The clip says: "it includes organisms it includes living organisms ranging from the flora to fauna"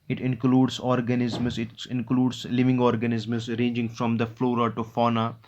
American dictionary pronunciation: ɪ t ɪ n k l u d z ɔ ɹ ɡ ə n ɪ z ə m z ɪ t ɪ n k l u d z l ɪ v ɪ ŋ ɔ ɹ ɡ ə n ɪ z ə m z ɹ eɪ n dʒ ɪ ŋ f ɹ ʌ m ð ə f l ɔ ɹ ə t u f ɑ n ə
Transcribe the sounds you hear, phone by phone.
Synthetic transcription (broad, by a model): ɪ t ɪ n k l u d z ɔ ɹ ɡ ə n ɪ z m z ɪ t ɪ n k l u d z l ɪ v ɪ ŋ ɔ ɹ ɡ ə n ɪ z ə m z ɹ eɪ n dʒ ɪ ŋ f ɹ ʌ m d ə f l ɔ ɹ ə t u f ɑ n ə